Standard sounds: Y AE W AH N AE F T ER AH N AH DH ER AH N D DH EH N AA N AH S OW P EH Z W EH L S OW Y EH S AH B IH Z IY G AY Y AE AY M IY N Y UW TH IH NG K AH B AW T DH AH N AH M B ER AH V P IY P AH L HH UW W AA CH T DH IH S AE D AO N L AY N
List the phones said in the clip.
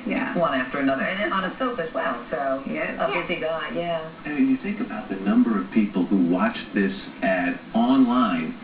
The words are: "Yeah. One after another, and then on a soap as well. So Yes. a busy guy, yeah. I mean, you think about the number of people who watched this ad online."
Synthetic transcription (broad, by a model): Y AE W AH N AE F T ER AH N AH DH ER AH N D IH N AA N AH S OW F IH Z W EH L S OW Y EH AH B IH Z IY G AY Y AE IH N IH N Y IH TH IH NG K AH B AW T DH AH N AH M B ER AH V P IY P L HH UW W AA CH DH IH S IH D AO N L AY N